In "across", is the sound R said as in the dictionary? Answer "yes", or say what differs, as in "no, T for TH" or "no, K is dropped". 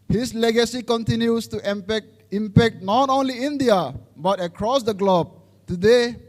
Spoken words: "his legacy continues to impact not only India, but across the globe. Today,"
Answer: yes